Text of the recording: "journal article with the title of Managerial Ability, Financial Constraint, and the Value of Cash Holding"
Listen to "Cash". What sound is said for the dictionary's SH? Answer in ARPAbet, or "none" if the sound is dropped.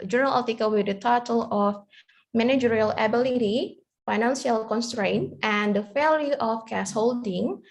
S